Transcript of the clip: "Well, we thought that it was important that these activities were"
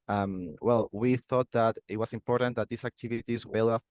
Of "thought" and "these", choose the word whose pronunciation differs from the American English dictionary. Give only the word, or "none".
these